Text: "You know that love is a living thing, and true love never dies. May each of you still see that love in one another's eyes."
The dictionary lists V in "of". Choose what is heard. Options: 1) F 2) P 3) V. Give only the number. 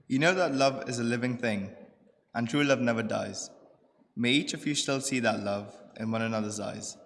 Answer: 3